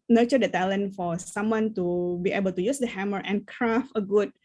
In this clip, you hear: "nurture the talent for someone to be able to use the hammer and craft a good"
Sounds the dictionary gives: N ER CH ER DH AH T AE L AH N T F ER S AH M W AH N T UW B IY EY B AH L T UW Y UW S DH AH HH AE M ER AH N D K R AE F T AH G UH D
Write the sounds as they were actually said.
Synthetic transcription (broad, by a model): N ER CH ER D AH T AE L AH N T F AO S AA M W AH N T UW B IY EY B AH L T UW Y UW S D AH HH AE M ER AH N K R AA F AH G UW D